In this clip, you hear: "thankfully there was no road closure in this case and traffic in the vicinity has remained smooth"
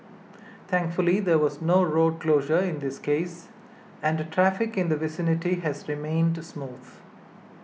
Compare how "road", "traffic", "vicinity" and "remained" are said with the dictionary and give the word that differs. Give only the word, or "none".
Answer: none